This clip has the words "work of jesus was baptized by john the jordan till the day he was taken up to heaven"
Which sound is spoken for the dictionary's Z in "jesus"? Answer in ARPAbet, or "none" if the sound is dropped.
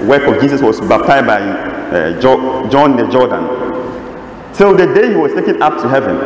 S